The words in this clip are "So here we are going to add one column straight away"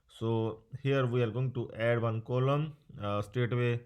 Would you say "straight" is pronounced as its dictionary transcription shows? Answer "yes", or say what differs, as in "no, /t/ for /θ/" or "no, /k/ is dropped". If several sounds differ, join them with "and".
no, /ɹ/ is dropped